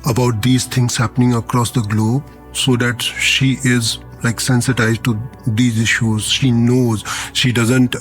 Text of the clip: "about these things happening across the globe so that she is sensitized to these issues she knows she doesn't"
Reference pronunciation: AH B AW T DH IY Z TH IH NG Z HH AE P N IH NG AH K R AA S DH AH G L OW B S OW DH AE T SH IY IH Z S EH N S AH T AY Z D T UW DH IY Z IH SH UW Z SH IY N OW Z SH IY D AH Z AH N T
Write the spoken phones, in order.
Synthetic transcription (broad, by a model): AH B AW T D IY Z T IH NG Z HH AE P N IH NG AH K R AA S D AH G L OW B S OW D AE T SH IY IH Z S EH N S AH T AY Z D T UW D IY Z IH SH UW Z SH IY N OW Z SH IY D AH Z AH N T